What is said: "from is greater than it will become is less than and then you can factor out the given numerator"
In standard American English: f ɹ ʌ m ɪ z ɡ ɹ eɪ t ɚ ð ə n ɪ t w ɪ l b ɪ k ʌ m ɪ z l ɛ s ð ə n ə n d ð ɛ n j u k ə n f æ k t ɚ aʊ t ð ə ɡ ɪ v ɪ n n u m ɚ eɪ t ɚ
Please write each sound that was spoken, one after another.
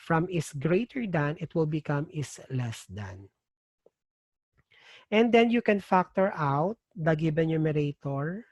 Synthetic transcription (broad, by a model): f ɹ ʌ m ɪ s ɡ ɹ eɪ t ɚ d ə n ɪ t w ɪ l b ɪ k ʌ m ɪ s l ɛ s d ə n ə n d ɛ n j u k ə n f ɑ k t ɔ aʊ t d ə ɡ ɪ b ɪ n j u m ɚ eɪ t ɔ